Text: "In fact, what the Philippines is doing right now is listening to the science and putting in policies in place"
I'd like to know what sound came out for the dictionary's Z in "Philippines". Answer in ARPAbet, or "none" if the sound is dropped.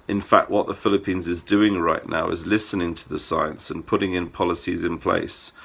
Z